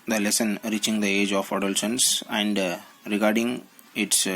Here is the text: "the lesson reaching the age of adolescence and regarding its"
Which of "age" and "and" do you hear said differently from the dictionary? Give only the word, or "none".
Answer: none